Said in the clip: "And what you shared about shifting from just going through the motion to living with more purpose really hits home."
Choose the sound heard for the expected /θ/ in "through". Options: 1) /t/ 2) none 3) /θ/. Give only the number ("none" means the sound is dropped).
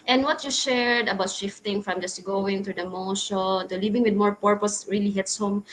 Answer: 1